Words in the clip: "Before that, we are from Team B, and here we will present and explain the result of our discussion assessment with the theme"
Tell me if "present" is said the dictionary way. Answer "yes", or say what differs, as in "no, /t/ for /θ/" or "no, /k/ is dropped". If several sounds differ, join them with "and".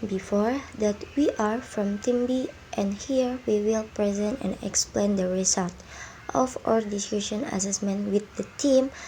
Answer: yes